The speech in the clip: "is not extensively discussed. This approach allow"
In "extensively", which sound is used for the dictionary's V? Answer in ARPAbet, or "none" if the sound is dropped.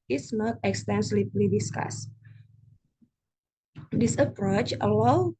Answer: P